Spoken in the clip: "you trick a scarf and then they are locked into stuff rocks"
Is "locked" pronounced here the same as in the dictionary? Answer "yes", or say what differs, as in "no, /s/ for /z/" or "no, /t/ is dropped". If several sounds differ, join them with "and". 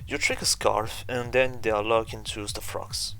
no, /t/ is dropped